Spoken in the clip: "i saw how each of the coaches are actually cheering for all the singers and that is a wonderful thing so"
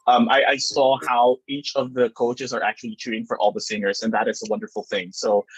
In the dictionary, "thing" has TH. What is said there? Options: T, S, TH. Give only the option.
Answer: TH